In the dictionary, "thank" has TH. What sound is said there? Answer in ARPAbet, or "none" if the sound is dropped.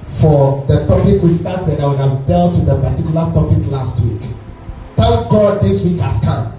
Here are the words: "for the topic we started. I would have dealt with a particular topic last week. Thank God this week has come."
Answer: T